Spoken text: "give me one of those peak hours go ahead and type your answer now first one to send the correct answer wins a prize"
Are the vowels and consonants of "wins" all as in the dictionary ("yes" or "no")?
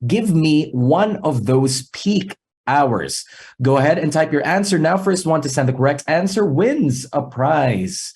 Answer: yes